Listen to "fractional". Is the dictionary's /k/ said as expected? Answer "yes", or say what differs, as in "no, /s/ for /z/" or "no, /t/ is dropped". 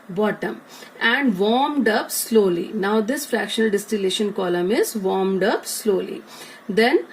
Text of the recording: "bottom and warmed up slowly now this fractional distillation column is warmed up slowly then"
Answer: yes